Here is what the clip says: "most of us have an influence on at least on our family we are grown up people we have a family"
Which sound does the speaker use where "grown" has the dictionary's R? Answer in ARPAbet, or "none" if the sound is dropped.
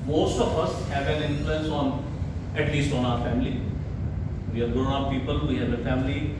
none